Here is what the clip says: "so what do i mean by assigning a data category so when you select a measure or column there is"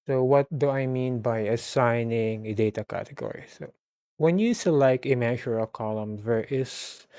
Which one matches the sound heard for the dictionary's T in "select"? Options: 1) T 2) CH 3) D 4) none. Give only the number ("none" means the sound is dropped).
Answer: 4